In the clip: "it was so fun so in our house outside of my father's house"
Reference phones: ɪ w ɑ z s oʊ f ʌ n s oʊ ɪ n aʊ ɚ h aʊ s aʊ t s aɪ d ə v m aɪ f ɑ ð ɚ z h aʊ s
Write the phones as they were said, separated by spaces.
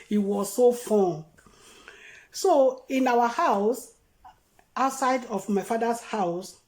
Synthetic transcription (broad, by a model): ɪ w ɑ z s oʊ f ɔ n s oʊ ɪ n aʊ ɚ h aʊ s aʊ t s aɪ d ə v m aɪ f ɑ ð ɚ s h aʊ s